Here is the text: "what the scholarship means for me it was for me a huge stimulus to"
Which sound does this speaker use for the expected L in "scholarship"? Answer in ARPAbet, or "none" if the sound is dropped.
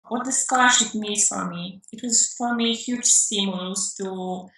none